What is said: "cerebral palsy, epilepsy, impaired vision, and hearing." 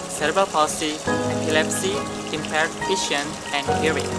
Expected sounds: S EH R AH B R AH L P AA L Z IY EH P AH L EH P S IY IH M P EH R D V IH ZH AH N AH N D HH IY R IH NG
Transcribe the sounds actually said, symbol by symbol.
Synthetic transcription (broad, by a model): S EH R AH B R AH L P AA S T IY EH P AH L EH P S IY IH M P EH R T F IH SH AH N AH N D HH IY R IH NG